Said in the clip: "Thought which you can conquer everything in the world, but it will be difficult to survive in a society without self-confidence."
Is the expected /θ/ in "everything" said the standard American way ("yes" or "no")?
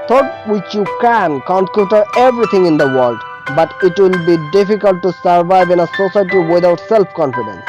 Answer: no